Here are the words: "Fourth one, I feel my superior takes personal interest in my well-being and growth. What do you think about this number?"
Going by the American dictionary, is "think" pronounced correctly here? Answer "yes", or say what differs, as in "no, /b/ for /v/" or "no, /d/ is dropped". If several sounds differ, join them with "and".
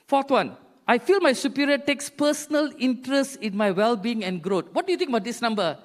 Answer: no, /t/ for /θ/